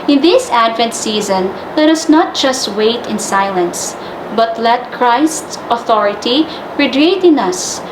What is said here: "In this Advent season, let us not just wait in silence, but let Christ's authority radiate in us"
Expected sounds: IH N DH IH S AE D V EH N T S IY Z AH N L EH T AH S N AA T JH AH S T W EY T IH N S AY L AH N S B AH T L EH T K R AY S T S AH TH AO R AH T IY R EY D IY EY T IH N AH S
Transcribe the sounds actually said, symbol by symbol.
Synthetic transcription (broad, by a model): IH N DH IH S AE D V EH N T S IY Z AH N L EH T AH S N AA T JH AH S T W EY T IH N S AY L AH N S B AH T L EH T K R AY S T S AH TH AO R AH T IY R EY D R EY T IH N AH S